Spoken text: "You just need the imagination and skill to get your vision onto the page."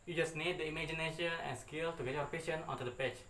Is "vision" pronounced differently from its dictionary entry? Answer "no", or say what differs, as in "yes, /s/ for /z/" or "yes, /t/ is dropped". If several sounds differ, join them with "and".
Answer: yes, /p/ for /v/ and /ʃ/ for /ʒ/